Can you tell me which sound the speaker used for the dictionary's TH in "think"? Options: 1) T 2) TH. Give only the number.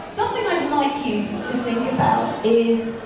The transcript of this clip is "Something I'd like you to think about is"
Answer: 2